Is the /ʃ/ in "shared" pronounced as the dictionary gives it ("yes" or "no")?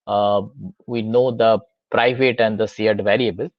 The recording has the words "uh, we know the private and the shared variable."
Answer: no